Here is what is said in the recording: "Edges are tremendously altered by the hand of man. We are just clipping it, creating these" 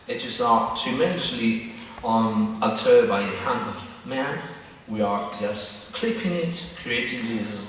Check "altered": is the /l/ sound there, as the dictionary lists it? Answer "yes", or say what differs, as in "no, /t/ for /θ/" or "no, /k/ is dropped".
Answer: no, /n/ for /l/